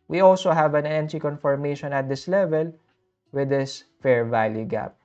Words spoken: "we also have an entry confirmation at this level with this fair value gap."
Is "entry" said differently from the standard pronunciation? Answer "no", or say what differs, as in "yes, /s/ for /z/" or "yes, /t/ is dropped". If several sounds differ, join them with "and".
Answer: yes, /ɹ/ is dropped